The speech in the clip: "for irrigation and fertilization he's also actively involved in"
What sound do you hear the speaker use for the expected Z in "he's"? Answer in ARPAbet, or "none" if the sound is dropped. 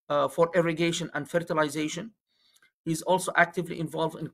Z